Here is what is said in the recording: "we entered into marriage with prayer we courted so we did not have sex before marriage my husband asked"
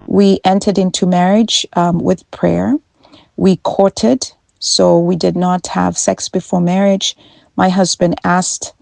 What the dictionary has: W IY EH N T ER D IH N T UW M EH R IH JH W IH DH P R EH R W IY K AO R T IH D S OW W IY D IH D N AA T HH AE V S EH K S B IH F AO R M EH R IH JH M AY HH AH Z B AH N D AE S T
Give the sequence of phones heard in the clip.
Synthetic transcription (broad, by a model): W IY EH N T ER D IH N T UW M EH R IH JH W IH DH P R EH R W IY K AO R T IH D S OW W IY D IH D N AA T HH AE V S EH K S B IH F AO R M EH R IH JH M AY HH AH Z B AH N D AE S T